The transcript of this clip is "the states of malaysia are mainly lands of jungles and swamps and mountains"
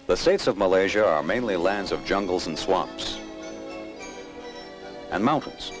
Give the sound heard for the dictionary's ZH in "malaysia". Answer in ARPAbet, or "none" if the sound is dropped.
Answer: ZH